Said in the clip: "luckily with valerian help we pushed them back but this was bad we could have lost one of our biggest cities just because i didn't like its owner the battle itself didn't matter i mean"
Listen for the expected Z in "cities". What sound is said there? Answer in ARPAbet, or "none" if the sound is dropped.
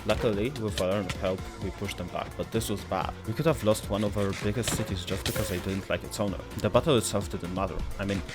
Z